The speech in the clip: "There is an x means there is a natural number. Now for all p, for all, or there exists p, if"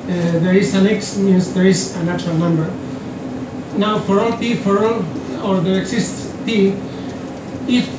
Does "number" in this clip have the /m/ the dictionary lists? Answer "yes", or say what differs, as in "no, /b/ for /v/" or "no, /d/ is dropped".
yes